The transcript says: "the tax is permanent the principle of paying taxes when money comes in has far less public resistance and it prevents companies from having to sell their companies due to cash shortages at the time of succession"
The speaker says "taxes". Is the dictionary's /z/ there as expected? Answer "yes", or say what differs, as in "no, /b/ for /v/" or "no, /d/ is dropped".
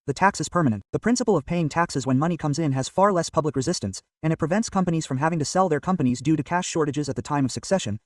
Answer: yes